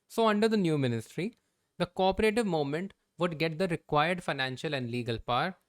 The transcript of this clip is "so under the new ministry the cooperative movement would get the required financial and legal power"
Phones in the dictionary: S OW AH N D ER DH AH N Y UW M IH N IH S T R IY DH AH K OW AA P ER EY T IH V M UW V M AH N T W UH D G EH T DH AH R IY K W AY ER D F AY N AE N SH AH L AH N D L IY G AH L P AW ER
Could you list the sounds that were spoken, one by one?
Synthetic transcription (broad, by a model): S OW AH N D ER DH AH N Y UW M IH N IH S T R IY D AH K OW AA P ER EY T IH V M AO M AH N T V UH D G EH T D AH R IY K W AY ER D F AY N AE N SH AH L AH N D L IY G AH L P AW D